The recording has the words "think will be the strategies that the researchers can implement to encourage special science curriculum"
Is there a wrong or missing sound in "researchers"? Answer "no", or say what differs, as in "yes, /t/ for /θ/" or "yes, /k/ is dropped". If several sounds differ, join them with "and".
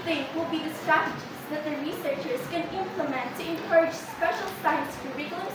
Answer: no